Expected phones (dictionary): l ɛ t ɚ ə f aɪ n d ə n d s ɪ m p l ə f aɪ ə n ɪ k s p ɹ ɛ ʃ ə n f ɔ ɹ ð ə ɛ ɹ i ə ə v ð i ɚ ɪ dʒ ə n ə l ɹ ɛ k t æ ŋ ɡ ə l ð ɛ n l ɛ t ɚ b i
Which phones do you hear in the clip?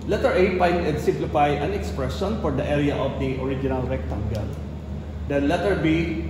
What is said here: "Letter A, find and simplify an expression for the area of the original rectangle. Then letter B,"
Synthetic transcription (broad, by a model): l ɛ t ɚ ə p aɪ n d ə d s ɪ m p l ə f aɪ ə n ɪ k s p ɹ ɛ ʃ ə n f ɔ ɹ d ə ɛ ɹ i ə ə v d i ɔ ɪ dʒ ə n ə l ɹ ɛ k t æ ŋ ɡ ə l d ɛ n l ɛ t ɚ b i